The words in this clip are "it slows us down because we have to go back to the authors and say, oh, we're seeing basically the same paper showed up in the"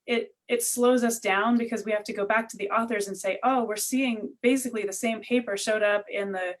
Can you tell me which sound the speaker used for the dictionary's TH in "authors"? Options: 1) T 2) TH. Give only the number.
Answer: 2